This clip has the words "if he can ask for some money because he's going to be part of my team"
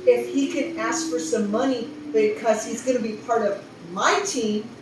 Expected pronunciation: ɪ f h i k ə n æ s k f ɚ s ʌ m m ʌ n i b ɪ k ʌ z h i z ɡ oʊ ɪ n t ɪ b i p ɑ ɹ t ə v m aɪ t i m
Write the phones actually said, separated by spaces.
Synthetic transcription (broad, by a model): ɪ f h i k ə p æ s f ɚ s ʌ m m ʌ n i b ɪ k ʌ z h i z ɡ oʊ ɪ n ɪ b i p ɑ ɹ t ə v m aɪ t i m